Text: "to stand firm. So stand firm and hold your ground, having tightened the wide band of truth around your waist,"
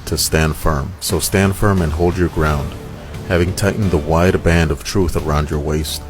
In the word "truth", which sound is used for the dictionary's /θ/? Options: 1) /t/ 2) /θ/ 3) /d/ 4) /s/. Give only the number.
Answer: 2